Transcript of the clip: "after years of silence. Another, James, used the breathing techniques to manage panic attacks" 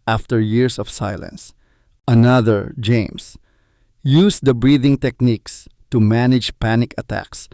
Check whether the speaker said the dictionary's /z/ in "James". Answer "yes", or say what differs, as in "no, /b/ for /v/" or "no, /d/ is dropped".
no, /s/ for /z/